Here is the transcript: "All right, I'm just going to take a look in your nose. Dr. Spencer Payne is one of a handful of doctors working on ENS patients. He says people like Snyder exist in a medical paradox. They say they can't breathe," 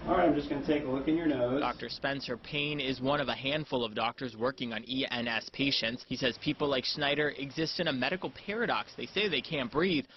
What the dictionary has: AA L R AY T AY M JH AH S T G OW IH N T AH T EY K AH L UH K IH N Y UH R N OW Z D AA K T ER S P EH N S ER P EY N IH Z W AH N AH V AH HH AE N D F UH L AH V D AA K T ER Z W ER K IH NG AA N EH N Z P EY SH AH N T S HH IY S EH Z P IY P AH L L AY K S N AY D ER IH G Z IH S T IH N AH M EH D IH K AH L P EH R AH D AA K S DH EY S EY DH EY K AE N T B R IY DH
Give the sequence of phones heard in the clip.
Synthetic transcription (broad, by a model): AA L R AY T AY M JH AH S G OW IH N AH T EY K AH L UH K IH N Y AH R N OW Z D AA K T ER S P EH N S ER P EY N IH Z W AH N AH V AH HH AE N D F UH L AH V D AA K T ER Z W ER K IH NG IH N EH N S P EY SH AH N T S HH IY S EH Z P IY P L L AY K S N AY D ER IH G Z IH S T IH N AH M EH D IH K L P EH R AH D AA K S DH EY S EY DH EY K AE N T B R IY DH